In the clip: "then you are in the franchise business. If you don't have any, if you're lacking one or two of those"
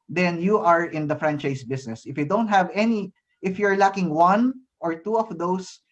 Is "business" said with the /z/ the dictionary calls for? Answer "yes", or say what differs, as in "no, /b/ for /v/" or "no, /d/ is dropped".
no, /s/ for /z/